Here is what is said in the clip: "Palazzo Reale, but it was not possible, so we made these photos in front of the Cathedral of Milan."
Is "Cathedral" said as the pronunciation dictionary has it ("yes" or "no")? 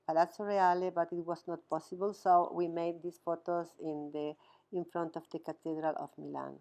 no